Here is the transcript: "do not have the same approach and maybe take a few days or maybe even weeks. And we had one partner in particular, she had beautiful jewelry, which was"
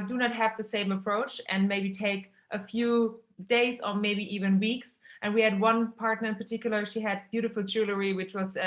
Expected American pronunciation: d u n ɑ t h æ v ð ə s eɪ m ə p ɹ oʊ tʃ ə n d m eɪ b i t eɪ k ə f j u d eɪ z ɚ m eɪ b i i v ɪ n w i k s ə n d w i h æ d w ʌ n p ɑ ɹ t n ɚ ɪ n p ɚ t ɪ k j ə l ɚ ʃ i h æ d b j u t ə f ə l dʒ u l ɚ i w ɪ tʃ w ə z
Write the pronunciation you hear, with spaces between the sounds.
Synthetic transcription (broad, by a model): d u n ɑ t h æ v ð ə s eɪ m ə p ɹ oʊ tʃ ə n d m eɪ b i t eɪ k ə f j u d eɪ z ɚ m eɪ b i i v ɪ n w i k s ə n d w i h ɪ d w ʌ n p ɑ ɹ t n ɚ ɪ n p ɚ t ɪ k j l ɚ ʃ i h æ d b j u t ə f l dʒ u l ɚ i w ɪ tʃ w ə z